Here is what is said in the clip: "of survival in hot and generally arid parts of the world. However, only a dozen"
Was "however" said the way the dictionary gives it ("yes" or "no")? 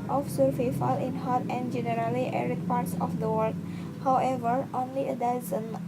yes